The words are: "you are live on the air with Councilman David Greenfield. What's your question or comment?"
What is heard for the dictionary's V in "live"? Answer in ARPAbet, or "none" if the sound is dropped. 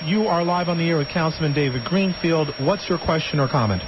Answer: V